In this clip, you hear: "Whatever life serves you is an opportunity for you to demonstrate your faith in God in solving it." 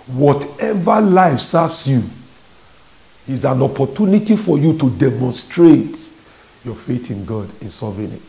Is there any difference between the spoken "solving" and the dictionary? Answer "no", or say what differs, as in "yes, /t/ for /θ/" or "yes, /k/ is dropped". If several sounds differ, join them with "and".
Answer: yes, /l/ is dropped